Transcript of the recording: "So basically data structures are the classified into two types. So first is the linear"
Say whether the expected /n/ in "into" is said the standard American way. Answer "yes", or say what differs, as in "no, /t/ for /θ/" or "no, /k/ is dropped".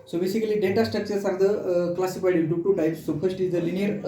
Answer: no, /n/ is dropped